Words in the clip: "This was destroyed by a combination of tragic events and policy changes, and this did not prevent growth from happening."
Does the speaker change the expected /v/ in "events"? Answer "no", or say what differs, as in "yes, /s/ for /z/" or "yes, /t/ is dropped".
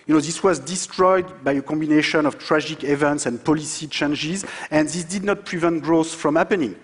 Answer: no